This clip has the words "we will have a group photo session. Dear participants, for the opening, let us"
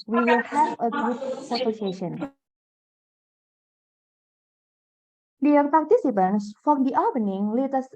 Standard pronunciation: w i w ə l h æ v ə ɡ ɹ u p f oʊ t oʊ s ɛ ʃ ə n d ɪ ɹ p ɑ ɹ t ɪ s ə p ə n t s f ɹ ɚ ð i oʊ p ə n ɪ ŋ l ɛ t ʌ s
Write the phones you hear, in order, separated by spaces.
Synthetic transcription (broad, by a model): w i w ə l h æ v ə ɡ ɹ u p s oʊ s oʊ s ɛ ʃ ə n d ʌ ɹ p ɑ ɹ t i s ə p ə n s f ɹ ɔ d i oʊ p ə n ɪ ŋ l ɛ t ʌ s